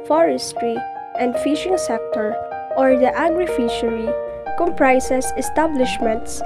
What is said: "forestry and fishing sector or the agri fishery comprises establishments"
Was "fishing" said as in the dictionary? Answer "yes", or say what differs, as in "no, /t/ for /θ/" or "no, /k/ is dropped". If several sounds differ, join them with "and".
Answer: yes